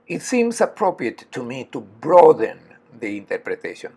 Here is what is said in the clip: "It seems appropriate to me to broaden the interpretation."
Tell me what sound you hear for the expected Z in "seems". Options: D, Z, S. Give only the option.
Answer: S